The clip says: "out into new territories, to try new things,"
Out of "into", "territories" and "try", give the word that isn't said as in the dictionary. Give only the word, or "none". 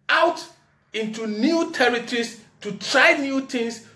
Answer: territories